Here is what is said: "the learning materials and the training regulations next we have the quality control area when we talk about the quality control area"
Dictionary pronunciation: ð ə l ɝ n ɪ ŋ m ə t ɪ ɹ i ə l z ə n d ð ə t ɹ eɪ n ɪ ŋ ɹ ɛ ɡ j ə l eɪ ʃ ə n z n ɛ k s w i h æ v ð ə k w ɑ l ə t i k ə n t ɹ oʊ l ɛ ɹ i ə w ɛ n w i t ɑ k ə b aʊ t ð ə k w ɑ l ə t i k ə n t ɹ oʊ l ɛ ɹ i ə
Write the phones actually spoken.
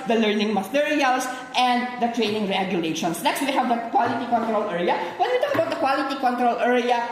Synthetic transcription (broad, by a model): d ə l ɝ n ɪ ŋ m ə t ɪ ɹ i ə l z ə n d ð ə t ɹ eɪ n ɪ ŋ ɹ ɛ ɡ j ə l eɪ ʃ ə n s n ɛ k s w i h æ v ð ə k w ɑ l ə t i k ə n t ɹ oʊ l ɛ ɹ i ə w ɛ n w i t ɑ k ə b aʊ t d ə k w ɑ l ə t i k ə n t ɹ oʊ l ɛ ɹ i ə